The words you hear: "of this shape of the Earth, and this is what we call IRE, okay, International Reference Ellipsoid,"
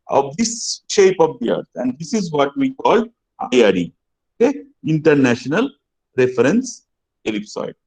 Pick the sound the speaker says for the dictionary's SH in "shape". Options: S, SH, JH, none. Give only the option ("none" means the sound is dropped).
SH